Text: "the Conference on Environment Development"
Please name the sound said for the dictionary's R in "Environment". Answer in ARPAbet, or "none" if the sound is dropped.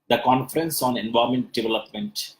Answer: none